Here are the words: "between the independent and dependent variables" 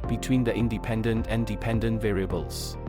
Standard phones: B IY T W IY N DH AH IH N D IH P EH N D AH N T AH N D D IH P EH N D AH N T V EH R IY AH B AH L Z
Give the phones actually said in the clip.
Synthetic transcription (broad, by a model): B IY T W IY N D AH IH N D IH P EH N D AH N T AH N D D IH P EH N D AH N T V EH R IY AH B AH L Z